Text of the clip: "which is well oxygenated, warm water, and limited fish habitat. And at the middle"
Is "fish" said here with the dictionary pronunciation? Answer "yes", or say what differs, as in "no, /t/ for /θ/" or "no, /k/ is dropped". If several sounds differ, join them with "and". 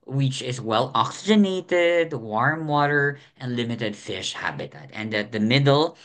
yes